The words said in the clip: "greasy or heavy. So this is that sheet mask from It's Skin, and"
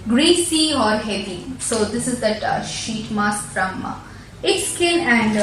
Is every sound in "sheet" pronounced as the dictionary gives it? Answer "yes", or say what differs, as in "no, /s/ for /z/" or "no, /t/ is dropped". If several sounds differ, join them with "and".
yes